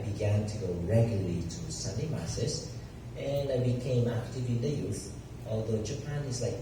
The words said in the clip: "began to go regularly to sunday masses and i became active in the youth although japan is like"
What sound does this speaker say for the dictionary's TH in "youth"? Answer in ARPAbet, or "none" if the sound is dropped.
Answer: TH